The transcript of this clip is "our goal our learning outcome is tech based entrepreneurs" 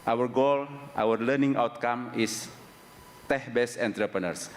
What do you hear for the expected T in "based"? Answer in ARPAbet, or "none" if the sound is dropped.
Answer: none